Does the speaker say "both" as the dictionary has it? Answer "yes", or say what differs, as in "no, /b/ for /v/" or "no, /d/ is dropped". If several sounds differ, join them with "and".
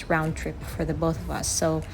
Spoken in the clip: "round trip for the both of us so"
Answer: yes